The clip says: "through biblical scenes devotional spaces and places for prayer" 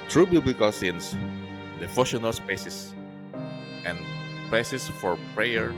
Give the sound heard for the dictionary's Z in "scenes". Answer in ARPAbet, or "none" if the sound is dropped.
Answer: S